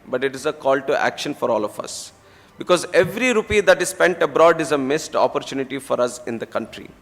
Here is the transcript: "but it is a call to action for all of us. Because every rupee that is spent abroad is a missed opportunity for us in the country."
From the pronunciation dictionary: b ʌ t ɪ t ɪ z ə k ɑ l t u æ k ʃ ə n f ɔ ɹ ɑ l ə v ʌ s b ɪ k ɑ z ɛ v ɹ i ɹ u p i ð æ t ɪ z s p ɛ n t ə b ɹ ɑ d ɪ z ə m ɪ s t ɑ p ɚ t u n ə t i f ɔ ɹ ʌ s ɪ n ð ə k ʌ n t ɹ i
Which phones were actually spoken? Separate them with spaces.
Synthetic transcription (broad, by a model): b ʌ t ɪ t ɪ z ə k ɑ l t u æ k ʃ ə n f ɔ ɹ ɑ l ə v ʌ s b ɪ k ɑ z ɛ v ɹ i ɹ u p i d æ t ɪ z s p ɛ n t ə b ɹ ɑ d ɪ z ə m ɪ s t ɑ p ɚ t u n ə t i f ɔ ɹ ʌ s ɪ n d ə k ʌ n t ɹ i